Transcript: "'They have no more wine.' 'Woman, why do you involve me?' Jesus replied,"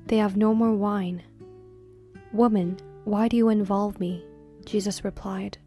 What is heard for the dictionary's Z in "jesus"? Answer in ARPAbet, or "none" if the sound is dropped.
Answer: Z